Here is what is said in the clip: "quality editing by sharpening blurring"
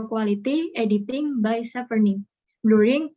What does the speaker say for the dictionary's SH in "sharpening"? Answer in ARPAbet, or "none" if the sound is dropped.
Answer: S